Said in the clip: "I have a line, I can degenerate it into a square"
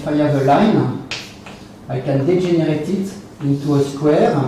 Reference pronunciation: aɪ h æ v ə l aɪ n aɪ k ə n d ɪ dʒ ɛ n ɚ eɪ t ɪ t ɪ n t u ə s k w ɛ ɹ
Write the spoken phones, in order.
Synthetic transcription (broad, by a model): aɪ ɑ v ə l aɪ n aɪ k ə n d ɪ ʒ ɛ n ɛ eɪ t ɪ t ɪ n t u ə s k w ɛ ɹ